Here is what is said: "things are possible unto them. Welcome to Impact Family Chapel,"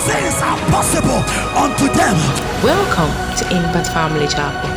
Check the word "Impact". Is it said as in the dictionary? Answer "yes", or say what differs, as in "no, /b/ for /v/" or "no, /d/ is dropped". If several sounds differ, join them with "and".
no, /b/ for /p/ and /k/ is dropped